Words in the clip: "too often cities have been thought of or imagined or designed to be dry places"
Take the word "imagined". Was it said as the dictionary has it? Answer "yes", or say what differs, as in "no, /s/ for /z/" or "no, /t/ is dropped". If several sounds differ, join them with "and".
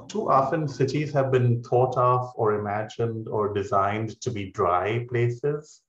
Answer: yes